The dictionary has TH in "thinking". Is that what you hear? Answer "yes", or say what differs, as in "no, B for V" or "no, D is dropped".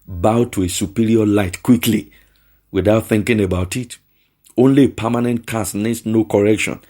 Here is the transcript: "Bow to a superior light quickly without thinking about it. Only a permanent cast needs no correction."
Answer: yes